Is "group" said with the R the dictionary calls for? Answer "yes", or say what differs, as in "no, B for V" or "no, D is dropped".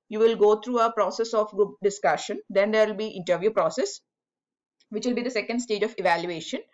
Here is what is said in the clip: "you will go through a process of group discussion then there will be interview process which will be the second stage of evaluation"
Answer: no, R is dropped